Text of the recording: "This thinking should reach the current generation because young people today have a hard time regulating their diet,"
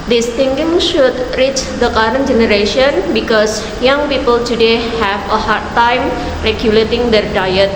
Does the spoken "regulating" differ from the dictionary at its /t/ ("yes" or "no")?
no